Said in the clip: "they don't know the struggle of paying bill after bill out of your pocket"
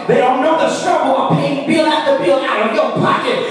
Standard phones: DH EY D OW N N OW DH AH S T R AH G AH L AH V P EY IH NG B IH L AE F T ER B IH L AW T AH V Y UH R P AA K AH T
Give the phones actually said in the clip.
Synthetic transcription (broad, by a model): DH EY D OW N N OW DH AH S T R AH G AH L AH P EY IH NG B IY L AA T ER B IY L AW T AH V Y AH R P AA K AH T